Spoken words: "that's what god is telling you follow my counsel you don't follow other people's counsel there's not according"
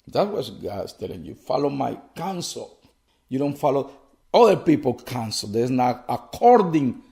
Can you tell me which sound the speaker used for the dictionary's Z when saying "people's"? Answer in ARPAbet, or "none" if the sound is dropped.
none